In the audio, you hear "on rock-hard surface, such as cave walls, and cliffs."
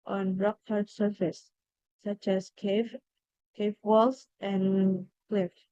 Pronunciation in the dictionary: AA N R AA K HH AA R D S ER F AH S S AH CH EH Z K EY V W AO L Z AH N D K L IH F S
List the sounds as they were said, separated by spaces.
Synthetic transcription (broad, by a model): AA N R AA K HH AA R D S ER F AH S S AH CH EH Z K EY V W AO L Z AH N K L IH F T